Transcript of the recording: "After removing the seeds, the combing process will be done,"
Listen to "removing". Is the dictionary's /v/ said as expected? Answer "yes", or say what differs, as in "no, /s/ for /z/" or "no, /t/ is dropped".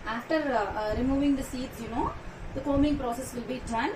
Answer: yes